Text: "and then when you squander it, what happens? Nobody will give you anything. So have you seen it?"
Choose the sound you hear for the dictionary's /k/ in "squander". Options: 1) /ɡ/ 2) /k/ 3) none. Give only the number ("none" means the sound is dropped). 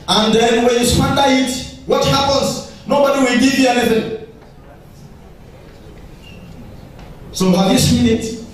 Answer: 3